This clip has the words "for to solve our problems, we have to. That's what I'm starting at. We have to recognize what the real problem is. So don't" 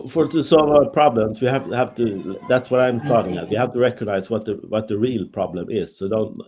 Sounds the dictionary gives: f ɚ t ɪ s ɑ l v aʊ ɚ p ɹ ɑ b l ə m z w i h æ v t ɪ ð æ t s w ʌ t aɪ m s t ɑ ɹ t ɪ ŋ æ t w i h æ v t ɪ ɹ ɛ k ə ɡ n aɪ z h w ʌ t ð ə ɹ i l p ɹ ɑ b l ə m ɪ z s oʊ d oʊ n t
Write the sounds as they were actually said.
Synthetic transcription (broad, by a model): f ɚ t ɪ s ɑ l v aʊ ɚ p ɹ ɑ b l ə m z w i h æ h t ɪ ð æ t s w ʌ t aɪ m s t ɑ ɹ t ɪ ŋ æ t w i h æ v t ɪ ɹ ɛ k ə ɡ n aɪ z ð w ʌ t ð ə ɹ i l p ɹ ɑ b l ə m ɪ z s oʊ d oʊ n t